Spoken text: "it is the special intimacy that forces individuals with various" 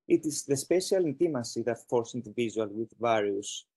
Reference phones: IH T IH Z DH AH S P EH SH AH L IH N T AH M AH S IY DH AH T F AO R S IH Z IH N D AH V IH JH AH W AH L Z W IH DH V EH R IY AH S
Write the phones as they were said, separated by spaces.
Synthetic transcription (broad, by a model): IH T IH Z DH AH S P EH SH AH L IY N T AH M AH S IY DH AH T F AO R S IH N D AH V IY ZH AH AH L W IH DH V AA R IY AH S